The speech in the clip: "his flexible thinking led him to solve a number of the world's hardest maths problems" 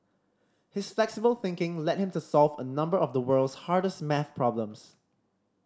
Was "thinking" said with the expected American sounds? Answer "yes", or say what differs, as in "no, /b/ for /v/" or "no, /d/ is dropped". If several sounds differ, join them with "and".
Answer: yes